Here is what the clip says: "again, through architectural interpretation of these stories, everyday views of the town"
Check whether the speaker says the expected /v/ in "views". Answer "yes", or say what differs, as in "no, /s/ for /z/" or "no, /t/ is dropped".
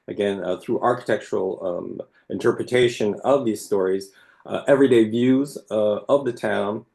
yes